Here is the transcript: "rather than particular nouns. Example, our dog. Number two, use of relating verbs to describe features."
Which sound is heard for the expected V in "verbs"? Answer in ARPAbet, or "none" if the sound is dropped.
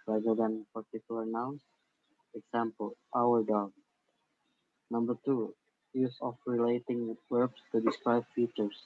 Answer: W